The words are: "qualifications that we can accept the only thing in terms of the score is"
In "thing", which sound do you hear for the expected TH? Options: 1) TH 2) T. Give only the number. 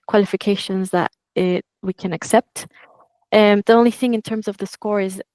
1